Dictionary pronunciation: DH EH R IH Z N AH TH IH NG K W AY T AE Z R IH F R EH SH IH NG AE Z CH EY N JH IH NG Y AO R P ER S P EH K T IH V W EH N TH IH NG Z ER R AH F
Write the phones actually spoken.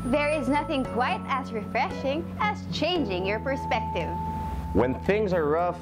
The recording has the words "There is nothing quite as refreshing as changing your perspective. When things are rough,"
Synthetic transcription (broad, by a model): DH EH R IH Z N AH TH IH NG K W AY T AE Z R IH F R EH SH IH NG AE Z CH EY N JH IH NG Y AO R P ER S P EH K T IH V W EH N TH IH NG Z ER R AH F